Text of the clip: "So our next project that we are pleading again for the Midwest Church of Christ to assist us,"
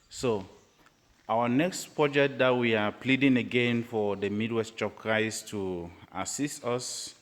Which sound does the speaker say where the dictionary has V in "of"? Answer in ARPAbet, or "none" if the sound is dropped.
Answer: P